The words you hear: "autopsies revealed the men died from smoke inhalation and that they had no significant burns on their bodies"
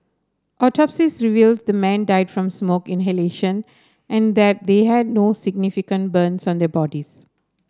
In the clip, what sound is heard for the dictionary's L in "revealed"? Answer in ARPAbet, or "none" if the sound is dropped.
L